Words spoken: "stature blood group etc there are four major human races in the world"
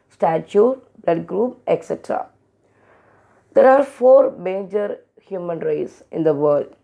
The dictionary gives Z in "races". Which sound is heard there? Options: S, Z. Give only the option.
S